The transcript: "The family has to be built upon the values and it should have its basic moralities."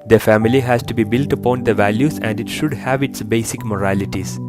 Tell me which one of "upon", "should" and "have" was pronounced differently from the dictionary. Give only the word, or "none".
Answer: none